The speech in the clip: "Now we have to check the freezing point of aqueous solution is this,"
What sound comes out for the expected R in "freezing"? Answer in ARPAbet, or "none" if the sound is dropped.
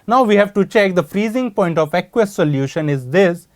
R